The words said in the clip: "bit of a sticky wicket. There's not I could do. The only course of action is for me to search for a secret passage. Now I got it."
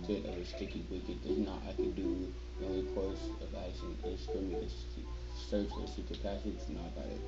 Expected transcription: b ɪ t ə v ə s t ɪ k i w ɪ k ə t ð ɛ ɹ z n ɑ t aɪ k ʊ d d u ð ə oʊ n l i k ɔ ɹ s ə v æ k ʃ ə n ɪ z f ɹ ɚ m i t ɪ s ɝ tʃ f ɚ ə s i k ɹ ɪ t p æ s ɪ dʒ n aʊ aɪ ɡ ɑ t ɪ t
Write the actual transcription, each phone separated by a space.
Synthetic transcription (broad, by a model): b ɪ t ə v ə s t ɪ k i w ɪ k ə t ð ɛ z n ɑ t aɪ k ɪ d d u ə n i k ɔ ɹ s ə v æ ʃ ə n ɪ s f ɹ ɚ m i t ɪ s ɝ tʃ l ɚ ə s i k ɪ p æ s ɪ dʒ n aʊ aɪ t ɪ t